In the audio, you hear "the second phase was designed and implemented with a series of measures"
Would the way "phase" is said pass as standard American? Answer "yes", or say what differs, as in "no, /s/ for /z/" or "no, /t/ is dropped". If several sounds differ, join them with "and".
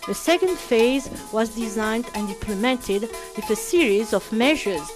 yes